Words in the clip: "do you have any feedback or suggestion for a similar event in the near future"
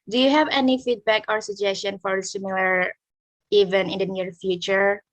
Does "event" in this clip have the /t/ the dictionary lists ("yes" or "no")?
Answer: no